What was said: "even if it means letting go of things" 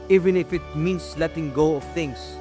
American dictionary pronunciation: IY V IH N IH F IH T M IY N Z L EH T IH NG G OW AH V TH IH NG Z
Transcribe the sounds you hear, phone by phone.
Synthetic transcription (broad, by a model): IY V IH N IH F IH T M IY N S L EH T IH NG G OW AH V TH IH NG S